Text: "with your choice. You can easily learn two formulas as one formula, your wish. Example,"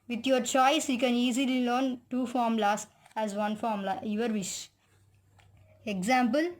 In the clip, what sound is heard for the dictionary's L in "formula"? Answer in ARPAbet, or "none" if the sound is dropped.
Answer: none